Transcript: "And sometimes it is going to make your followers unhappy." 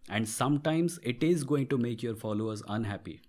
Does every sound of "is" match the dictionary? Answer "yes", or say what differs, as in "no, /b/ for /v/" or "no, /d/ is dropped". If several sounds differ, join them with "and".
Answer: yes